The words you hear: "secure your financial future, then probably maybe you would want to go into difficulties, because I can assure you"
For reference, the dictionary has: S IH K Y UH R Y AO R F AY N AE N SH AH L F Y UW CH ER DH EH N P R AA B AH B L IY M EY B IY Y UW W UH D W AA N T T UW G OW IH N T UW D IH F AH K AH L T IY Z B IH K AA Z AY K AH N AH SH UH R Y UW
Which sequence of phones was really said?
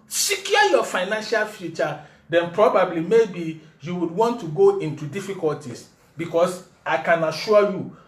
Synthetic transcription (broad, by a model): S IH K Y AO Y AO F AY N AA N SH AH L F Y UW CH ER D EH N P R AA B AH B L IY M EY B IY Y UW W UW D W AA N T T UW G OW IH N T UW D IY F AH K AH L T IY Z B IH K AA S AY K AH N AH SH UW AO Y UW